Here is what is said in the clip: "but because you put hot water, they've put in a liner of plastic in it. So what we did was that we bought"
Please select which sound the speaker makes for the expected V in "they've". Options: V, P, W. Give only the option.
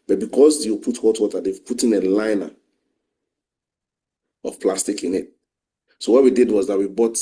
W